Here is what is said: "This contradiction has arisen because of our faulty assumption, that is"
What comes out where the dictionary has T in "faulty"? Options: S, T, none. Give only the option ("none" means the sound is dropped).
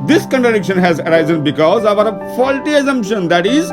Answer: T